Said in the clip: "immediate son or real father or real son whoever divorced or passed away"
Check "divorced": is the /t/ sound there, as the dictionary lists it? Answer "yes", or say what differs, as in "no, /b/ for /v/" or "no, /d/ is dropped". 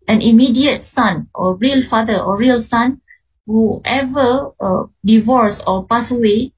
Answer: no, /t/ is dropped